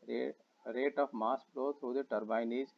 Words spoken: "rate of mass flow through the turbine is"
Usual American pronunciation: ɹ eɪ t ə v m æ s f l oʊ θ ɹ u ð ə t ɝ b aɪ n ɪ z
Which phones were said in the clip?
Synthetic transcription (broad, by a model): ɹ eɪ t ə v m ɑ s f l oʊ t ɹ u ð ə t ɝ b aɪ n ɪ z